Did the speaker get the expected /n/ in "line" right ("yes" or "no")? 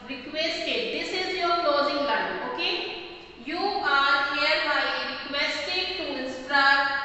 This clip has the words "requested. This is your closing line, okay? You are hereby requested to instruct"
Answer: no